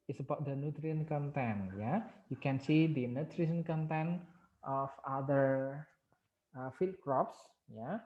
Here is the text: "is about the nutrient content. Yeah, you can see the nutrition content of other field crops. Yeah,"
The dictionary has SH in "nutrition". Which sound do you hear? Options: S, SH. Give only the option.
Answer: S